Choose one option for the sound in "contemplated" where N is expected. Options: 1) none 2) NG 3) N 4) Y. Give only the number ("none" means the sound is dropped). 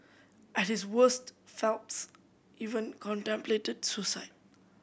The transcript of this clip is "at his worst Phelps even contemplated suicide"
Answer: 3